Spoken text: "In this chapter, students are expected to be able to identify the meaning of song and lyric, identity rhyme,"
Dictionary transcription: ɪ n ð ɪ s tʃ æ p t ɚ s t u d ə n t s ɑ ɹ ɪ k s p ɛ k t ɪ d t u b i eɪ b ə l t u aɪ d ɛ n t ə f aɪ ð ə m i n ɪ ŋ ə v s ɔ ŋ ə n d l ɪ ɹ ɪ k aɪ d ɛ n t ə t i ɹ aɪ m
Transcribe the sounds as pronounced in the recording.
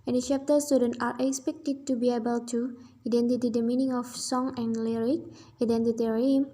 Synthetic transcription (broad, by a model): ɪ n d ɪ tʃ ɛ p t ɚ s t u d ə n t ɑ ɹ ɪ k s p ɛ k t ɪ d t u b i eɪ b ə l t u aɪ d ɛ n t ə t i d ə m i n ɪ ŋ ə f s ɔ ŋ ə n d l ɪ ɹ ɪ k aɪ d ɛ n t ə t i ɹ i m